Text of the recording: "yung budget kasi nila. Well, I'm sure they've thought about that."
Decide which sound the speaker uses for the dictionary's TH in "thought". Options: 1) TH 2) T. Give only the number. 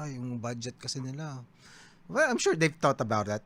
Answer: 2